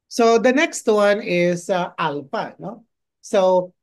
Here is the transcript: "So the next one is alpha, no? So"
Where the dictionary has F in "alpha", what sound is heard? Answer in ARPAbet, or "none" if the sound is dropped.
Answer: P